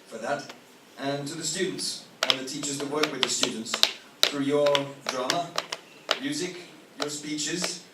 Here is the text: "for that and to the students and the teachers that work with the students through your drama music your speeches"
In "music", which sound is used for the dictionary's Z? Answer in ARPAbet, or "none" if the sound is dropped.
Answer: Z